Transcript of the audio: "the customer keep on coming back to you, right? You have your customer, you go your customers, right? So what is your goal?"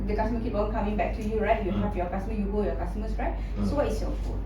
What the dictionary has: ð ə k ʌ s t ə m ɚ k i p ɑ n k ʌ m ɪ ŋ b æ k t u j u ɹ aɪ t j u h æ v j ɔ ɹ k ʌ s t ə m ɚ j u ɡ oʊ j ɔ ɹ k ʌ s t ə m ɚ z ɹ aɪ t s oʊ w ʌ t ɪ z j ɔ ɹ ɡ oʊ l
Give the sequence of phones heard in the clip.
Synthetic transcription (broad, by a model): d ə k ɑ s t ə m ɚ k i p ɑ l k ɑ m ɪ ŋ b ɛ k t u j u ɹ aɪ t j u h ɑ p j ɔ k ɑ s t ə m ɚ j u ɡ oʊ j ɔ k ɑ s t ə m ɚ s ɹ aɪ t s oʊ w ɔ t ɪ s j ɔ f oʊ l